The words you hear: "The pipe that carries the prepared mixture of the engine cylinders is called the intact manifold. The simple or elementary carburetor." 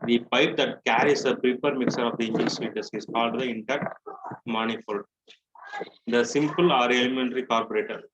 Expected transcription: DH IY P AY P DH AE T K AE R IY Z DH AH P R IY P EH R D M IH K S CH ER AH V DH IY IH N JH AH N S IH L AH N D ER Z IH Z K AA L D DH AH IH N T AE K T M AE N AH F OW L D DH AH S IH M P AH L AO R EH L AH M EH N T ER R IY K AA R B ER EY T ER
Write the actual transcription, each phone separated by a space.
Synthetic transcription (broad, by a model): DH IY P AY P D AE T K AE R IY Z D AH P R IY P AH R D M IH K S ER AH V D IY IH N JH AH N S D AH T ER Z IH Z K AA L D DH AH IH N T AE T M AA N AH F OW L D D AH S IH M P AH L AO R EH L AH M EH N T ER R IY K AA R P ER EY T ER